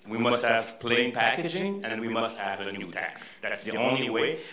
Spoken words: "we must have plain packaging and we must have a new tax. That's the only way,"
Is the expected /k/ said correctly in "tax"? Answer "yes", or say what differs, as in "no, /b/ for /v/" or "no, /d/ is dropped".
yes